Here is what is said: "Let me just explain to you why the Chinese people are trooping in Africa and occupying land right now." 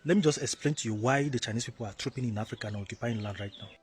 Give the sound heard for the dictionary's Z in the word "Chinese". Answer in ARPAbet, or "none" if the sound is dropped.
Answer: S